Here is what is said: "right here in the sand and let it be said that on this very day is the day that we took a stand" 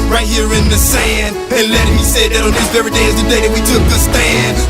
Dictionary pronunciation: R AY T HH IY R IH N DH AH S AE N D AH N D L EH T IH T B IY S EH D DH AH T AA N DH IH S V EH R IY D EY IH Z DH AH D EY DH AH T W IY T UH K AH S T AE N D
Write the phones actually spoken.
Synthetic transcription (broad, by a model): R AY T HH IY R IH N DH AH S AE N D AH N L EH T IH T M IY S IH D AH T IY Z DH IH V R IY D EY IH Z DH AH D EY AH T W IY T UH K AH S T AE N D